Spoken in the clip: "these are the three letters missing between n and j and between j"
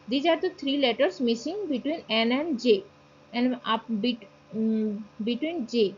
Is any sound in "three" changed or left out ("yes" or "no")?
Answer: yes